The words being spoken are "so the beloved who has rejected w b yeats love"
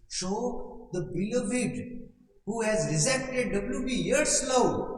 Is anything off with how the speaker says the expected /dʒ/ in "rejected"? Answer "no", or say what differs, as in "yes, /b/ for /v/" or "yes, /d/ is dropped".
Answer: yes, /z/ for /dʒ/